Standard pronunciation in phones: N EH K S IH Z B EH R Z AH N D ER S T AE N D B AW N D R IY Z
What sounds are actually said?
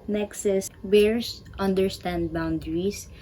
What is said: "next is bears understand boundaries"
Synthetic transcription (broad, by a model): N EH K S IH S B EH R S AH N D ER S T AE N D B AW N D R IY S